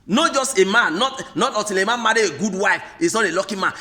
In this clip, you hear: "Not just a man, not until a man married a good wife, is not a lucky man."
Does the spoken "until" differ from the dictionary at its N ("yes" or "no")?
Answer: yes